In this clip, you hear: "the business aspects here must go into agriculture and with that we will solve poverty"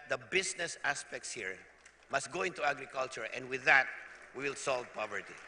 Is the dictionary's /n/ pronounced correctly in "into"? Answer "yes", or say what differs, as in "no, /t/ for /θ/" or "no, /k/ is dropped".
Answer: yes